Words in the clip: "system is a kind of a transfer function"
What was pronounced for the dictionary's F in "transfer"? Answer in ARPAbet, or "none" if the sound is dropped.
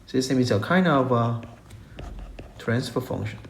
P